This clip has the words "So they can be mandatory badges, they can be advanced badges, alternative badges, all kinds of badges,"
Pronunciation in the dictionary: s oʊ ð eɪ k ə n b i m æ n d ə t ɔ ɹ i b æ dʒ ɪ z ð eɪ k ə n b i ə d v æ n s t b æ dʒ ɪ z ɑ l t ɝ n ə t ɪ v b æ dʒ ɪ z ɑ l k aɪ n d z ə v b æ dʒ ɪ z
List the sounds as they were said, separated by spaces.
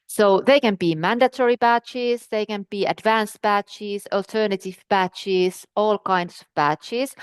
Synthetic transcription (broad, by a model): s oʊ ð eɪ k ə n b i m æ n d ə t ɔ ɹ i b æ tʃ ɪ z ð eɪ k ə n b i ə d v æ n s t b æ tʃ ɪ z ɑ l t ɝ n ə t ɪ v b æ tʃ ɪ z ɑ l k aɪ n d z ə v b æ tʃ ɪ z